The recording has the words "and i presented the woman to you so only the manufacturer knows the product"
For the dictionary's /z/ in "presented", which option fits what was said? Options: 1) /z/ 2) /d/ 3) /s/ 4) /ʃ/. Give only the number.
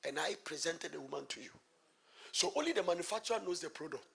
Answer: 1